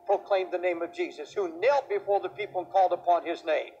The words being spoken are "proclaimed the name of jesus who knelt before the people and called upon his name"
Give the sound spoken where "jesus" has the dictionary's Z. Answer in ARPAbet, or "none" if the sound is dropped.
Z